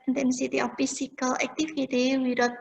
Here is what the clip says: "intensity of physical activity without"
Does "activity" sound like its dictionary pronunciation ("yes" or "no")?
no